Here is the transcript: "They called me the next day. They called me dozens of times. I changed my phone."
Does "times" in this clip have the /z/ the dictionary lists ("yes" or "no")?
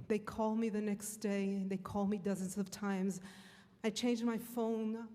yes